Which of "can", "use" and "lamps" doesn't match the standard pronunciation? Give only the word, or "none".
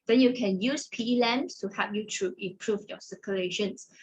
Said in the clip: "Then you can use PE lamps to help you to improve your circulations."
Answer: lamps